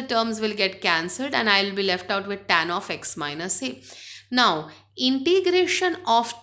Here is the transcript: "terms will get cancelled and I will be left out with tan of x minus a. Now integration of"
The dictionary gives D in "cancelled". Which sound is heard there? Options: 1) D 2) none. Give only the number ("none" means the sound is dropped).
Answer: 1